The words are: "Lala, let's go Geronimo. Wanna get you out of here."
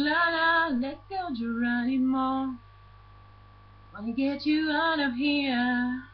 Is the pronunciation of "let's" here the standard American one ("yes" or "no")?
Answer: no